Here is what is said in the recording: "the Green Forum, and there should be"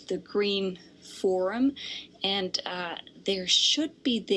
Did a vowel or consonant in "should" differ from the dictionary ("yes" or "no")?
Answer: no